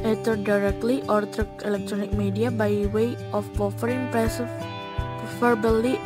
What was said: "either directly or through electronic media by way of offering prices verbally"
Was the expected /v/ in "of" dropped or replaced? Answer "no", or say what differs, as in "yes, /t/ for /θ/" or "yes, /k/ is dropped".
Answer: yes, /p/ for /v/